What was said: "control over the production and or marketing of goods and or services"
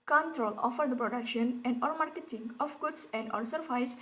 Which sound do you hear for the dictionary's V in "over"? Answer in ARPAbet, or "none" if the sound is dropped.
F